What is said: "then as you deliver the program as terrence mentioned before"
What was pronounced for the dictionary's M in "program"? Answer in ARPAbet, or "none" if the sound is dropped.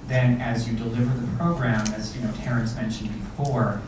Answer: M